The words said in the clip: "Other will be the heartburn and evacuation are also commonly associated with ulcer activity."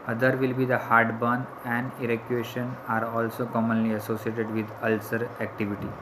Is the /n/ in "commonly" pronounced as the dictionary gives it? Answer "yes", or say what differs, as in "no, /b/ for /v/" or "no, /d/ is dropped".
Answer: yes